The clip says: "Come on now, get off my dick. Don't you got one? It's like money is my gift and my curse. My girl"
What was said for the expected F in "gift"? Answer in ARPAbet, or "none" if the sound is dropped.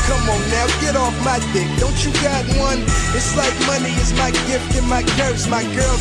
F